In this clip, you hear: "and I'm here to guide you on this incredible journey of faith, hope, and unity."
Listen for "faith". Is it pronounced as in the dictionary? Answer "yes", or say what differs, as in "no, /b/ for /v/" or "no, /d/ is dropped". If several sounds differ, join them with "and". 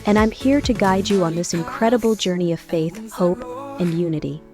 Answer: yes